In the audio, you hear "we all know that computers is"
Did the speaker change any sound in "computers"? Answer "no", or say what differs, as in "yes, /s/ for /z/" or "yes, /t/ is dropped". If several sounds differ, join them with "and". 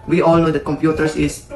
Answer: yes, /s/ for /z/